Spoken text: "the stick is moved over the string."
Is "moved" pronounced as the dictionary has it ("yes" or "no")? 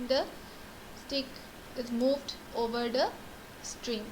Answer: yes